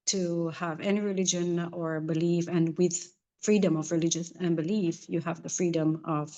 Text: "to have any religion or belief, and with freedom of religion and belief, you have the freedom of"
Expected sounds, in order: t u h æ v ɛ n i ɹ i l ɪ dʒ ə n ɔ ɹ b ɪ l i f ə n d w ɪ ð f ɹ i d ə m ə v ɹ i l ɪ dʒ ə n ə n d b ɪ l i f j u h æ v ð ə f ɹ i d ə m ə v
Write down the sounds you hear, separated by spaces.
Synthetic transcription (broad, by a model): t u h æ v ɛ n i ɹ i l ɪ dʒ ə n ɔ ɹ b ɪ l i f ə n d w ɪ ð f ɹ i d ə m ə v ɹ i l ɪ dʒ ə n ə n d b ɪ l i f j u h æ v ð ə f ɹ i d ə m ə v